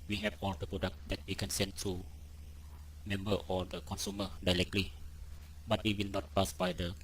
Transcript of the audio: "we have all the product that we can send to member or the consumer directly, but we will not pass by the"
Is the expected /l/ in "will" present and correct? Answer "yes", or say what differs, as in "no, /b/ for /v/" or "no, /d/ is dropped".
yes